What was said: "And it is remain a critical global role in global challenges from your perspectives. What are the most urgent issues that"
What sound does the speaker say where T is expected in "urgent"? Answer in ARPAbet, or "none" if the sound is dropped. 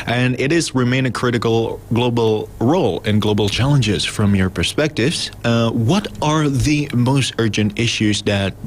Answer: T